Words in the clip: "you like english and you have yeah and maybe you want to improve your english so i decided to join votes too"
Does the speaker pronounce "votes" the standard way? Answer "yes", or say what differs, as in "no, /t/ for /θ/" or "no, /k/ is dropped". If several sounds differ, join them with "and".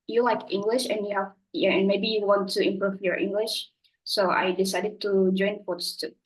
no, /f/ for /v/